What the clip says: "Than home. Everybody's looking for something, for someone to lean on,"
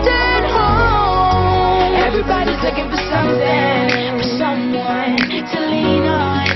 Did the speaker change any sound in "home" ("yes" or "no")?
yes